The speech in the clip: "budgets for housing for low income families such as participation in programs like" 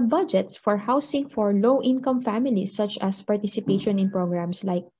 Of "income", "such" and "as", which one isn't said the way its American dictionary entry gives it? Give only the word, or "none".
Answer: as